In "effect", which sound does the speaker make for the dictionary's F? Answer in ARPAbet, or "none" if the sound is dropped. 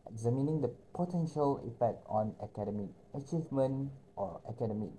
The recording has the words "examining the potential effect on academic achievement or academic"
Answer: P